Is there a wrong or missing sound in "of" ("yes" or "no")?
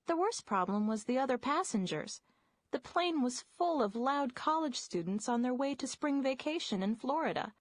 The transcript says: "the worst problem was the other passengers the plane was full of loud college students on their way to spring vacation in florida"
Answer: no